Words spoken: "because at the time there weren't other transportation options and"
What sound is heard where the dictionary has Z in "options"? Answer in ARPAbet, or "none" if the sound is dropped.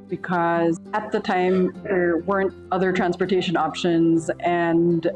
Z